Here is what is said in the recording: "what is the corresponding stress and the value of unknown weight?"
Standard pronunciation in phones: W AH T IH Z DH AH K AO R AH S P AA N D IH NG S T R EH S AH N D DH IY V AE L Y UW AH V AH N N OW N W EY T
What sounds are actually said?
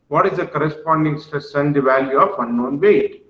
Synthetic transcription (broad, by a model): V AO T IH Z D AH K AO R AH S P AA N D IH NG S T UW S AH N D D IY V AE L Y UW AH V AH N N OW N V EY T